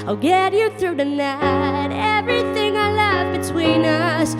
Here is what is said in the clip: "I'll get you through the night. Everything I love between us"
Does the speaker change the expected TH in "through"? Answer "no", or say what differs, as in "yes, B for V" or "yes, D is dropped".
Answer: no